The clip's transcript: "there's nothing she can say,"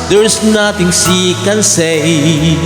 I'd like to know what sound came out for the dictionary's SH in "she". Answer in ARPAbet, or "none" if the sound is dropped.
S